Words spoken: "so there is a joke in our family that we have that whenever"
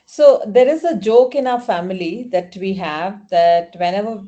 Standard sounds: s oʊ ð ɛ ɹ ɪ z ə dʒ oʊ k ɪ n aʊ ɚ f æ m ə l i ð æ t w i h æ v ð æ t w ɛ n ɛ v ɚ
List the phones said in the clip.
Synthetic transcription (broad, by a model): s oʊ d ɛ ɹ ɪ z ə dʒ oʊ k ɪ n aʊ ɚ f æ m ə l i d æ t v i h æ v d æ t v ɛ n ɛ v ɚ